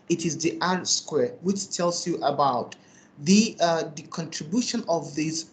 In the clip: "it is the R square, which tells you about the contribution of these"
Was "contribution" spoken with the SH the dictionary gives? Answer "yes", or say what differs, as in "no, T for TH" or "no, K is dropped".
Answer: yes